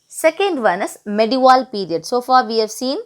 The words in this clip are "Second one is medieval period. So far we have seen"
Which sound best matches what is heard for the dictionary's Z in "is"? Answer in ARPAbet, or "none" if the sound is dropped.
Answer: S